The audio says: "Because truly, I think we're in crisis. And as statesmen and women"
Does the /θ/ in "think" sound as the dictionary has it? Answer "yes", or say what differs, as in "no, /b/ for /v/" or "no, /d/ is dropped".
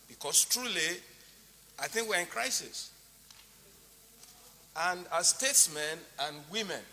yes